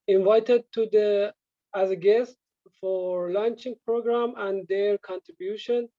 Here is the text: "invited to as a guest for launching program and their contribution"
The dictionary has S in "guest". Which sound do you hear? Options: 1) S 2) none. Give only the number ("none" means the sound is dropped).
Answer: 1